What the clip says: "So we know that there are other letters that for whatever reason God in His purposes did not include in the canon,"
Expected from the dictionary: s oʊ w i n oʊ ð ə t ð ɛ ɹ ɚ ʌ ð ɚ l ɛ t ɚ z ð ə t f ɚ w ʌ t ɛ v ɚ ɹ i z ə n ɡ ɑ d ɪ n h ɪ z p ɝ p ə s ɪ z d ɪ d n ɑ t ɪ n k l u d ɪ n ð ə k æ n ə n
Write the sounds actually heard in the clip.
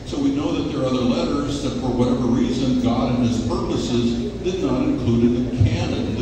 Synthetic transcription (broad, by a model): s oʊ w i n oʊ ð ə t ð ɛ ɹ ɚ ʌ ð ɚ l ɛ t ɚ z ð ə t f ɚ w ʌ t ɛ v ɚ ɹ i z ə n ɡ ɑ d ɪ n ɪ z p ɝ p ə s ɪ z d ɪ d n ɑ t ɪ n k l u d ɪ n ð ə k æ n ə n